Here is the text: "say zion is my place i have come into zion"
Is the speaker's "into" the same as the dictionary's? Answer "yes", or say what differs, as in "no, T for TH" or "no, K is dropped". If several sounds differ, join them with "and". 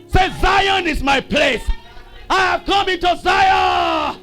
yes